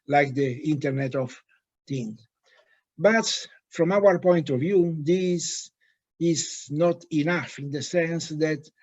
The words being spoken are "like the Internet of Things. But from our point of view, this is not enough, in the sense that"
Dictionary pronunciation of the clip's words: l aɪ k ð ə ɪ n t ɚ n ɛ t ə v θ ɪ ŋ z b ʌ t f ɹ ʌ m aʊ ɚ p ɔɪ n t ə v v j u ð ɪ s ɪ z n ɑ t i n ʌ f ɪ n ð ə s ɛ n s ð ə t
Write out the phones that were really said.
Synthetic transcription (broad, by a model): l aɪ k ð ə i n t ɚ n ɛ t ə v t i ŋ b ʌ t f ɹ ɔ m aʊ ɚ p ɔɪ n t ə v v j u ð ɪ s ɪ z n ɑ t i n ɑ f ɪ n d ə s ɛ n s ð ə t